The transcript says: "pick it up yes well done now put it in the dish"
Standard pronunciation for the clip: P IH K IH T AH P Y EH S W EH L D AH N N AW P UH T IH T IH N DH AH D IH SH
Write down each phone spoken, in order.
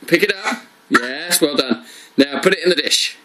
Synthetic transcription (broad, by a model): P IH K IH T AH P Y EH S W EH L D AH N N AW P UH T IH T IH N DH AH D IH SH